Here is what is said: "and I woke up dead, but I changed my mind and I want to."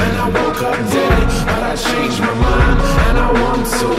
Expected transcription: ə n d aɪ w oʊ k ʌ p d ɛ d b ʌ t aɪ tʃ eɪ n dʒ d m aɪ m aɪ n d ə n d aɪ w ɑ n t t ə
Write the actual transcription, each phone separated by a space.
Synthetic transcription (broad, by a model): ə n aɪ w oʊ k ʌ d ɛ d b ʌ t aɪ tʃ eɪ n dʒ m aɪ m aɪ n ə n aɪ w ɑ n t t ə